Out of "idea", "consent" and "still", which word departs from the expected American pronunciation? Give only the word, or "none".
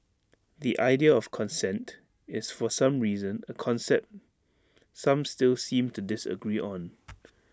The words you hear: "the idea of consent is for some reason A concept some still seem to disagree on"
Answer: none